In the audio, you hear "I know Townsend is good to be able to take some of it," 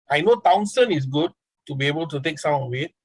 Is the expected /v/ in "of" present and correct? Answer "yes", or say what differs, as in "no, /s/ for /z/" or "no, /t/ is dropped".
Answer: no, /w/ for /v/